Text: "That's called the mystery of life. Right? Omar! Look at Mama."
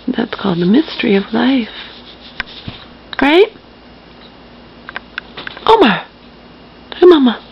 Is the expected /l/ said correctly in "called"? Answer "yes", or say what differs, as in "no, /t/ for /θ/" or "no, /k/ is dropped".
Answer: yes